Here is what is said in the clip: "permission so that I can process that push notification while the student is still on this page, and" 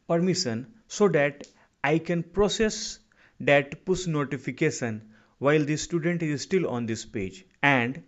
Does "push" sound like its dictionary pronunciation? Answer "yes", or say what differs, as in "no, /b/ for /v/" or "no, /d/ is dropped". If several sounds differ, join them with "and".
no, /s/ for /ʃ/